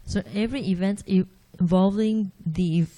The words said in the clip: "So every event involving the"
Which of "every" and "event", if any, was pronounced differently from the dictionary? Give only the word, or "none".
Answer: none